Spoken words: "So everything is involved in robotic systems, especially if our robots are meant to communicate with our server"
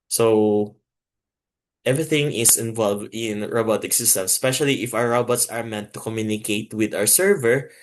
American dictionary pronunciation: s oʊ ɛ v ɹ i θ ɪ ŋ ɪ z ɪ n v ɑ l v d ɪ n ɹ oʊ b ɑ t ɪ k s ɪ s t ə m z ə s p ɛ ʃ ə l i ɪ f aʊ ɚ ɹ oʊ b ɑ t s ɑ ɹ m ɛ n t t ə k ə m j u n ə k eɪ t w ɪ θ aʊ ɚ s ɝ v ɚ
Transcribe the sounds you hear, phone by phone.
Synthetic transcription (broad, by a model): s oʊ ɛ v ɹ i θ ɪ ŋ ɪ s ɪ n v ɑ l v d ɪ n ɹ oʊ b ɑ t ɪ k s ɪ s t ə m s p ɛ ʃ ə l i ɪ f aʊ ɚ ɹ oʊ b ɑ t s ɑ ɹ m ɛ n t t ə k ə m j u n ə k eɪ t w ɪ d aʊ ɚ s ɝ v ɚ